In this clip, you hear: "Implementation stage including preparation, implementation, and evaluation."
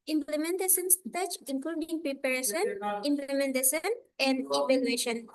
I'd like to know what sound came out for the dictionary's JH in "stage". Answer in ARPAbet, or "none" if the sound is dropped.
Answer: CH